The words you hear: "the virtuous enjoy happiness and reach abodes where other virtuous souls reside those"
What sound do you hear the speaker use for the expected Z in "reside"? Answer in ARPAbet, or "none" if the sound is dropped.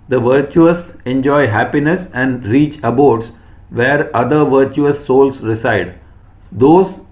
S